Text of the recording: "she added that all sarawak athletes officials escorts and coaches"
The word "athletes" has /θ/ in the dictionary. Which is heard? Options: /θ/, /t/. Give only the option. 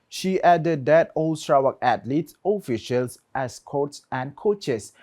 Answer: /t/